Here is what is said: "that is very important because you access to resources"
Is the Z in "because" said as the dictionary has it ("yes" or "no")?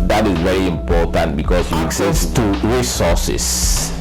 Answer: no